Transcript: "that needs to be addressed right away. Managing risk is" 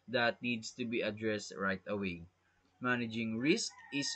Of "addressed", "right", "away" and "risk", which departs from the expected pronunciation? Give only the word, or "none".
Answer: none